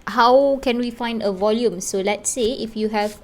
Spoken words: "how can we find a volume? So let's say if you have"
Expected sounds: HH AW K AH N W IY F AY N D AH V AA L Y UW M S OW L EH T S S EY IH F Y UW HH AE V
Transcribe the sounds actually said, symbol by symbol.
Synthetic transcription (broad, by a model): HH AW K AH N W IY F AY N D AH V AA L Y UW M S OW L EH T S S EY IH F Y UW HH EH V